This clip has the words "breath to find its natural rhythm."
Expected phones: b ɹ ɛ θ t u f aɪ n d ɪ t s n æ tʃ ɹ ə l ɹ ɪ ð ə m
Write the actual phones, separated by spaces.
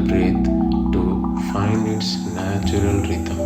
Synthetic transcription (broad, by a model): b ɹ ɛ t t u f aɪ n ɪ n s n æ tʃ ɹ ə l ɹ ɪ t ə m